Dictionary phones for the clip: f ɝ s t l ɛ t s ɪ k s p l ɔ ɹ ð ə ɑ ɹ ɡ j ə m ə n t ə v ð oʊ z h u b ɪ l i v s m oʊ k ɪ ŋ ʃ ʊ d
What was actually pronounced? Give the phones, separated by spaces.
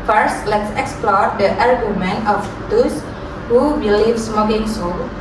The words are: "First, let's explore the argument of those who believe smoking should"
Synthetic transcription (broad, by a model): f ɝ s t l ɛ t s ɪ k s p l ɔ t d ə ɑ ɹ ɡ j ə m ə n ə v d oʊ s h u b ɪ l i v s m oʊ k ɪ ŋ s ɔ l